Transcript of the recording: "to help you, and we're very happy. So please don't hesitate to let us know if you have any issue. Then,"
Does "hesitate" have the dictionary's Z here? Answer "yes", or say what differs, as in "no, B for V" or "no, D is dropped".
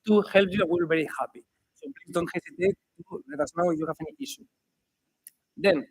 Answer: no, S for Z